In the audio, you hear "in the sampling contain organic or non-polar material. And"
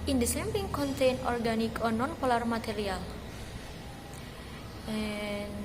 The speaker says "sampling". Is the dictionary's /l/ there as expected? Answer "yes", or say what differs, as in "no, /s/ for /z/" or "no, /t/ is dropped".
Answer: no, /l/ is dropped